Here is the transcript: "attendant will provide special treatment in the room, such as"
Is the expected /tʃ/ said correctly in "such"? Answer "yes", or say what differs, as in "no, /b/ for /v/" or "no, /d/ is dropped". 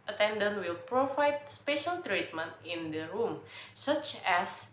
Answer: yes